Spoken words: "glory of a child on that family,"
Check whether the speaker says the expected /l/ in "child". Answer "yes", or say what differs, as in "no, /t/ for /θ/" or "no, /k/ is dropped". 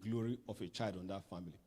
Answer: yes